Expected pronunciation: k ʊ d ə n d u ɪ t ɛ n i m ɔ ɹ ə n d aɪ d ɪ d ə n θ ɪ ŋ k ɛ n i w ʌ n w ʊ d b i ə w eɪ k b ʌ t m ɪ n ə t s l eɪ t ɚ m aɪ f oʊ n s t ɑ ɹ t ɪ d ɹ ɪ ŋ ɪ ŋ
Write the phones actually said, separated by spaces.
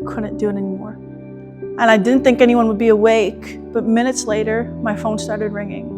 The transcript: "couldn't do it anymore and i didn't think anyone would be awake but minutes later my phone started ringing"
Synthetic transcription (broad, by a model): k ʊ d n d u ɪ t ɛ n i m ɔ ɹ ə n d aɪ d ɪ d n θ ɪ ŋ k ɛ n i w ʌ n w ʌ d b i ə w eɪ k b ʌ t m ɪ n ə t s l eɪ t ɚ m aɪ f oʊ n s t ɑ ɹ t ɪ d ɹ ɪ ŋ ɪ ŋ